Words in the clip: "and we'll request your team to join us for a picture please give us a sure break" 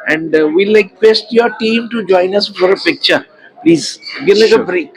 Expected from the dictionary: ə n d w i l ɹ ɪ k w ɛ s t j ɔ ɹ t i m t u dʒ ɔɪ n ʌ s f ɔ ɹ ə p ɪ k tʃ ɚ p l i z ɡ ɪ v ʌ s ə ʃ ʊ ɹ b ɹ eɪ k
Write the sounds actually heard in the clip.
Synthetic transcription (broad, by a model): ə n d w i l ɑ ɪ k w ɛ s t j ɔ ɹ t i m t u dʒ ɔɪ n ʌ s f ɔ ɹ ə p ɪ k tʃ ɚ p l i z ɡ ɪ ʌ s ə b ɹ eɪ k